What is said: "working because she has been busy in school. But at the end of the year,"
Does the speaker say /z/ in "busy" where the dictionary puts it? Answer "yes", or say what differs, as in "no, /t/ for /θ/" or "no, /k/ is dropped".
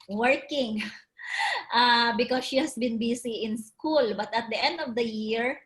no, /s/ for /z/